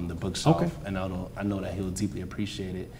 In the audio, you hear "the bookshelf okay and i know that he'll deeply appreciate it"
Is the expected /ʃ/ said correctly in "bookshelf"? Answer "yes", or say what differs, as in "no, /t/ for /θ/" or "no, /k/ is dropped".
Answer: no, /s/ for /ʃ/